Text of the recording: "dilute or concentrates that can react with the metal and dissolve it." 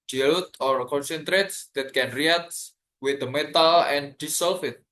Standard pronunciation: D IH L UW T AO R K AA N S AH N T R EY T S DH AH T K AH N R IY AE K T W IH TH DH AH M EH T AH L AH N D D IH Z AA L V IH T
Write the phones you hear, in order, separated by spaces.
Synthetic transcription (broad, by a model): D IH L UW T AO R K AA N S AH N T R EY T S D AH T K AH N R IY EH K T W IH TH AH M EH T AH L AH N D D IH S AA L F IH T